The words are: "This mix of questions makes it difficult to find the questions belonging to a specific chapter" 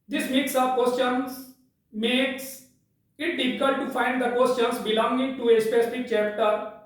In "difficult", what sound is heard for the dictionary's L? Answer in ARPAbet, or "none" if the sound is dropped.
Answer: none